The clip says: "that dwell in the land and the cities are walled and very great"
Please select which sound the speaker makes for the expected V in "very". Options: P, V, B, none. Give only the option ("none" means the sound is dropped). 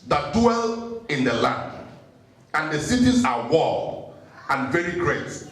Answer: V